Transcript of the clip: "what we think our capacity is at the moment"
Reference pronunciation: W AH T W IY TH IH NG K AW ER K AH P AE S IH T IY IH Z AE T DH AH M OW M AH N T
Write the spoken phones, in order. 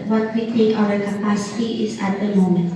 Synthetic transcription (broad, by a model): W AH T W IY T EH K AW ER K AH P AE S IH T IY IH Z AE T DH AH M OW M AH N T